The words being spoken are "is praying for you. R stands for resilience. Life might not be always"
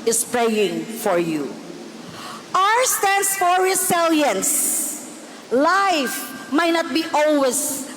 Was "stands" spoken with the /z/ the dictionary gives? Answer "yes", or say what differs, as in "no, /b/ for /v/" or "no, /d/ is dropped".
no, /s/ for /z/